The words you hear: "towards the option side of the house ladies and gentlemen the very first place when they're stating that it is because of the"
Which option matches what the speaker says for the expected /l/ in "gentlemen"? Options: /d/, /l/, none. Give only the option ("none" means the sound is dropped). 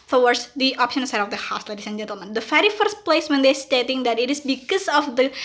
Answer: /l/